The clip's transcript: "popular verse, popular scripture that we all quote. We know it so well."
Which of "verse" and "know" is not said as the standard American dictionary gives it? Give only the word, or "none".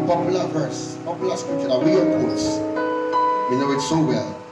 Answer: none